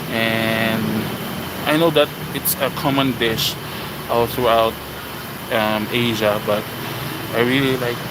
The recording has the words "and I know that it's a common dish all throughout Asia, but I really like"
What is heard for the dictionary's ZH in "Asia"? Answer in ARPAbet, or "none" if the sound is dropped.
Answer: ZH